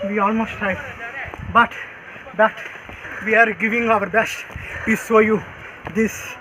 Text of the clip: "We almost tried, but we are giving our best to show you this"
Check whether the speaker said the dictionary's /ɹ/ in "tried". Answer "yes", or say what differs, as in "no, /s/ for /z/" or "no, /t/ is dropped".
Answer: no, /ɹ/ is dropped